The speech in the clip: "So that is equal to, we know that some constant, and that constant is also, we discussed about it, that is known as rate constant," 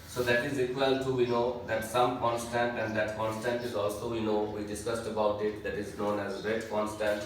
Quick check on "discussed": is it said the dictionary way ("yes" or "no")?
yes